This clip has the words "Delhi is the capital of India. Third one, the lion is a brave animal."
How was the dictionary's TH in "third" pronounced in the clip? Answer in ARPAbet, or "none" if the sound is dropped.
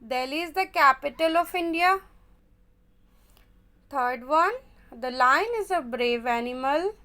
T